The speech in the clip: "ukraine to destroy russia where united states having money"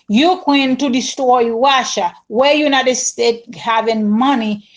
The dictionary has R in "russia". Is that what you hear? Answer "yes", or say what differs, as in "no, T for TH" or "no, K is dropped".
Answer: no, W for R